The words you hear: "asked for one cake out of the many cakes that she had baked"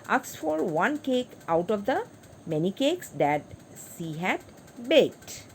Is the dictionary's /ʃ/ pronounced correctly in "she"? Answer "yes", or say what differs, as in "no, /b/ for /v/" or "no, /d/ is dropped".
no, /s/ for /ʃ/